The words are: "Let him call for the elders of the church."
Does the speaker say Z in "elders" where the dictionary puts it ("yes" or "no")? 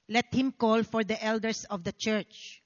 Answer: no